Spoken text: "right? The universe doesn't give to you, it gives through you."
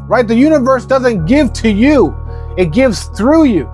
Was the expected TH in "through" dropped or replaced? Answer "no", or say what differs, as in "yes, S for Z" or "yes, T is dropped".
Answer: no